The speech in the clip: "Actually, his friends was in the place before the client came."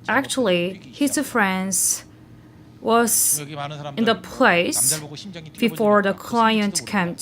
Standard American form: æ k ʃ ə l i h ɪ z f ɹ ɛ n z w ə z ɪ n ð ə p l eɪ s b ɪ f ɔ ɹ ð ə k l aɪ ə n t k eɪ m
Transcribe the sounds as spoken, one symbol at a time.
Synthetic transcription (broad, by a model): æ k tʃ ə l i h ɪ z f ɹ ɛ n z w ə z ɪ n ð ə p l eɪ s b ɪ f ɔ ɹ ð ə k l aɪ ə n t k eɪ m